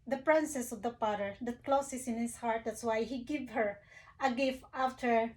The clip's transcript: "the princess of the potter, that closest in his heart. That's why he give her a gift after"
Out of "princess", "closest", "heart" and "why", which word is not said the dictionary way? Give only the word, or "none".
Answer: closest